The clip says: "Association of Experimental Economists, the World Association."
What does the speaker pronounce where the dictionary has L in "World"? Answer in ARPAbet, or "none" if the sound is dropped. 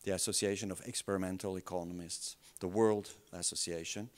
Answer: L